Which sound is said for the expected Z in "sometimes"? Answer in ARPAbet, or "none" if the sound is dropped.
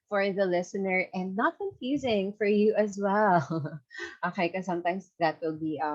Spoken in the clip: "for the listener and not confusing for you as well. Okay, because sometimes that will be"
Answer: S